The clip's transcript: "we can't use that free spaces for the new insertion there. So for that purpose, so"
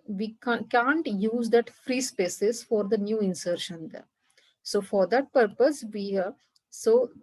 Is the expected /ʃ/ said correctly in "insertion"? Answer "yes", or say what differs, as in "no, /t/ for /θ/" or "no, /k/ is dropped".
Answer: yes